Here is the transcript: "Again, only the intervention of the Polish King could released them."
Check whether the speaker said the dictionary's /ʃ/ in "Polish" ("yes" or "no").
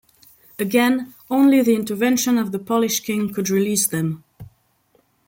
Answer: yes